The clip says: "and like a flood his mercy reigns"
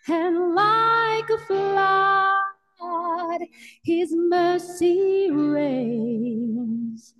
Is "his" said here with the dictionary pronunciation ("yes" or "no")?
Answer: yes